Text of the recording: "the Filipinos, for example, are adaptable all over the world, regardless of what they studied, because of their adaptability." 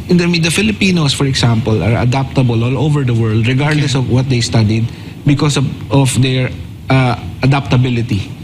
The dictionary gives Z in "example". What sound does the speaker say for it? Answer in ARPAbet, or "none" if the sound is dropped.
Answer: S